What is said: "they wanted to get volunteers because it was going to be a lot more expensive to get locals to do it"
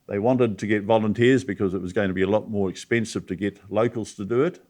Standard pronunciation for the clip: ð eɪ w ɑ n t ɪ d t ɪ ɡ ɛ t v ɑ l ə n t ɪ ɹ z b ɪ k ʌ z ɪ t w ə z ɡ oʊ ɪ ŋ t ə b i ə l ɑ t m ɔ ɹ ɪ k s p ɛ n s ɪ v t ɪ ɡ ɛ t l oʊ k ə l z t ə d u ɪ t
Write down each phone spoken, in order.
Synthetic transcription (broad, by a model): ð eɪ w ɑ n t ɪ d t ɪ ɡ ɛ t v ɑ l ə n t ɪ ɹ z b ɪ k ʌ z ɪ t w ə z ɡ oʊ ɪ ŋ t ə b i ə l ɑ t m ɔ ɹ ɪ k s p ɛ n s ɪ v t ɪ ɡ ɛ t l oʊ k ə l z t ə d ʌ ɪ t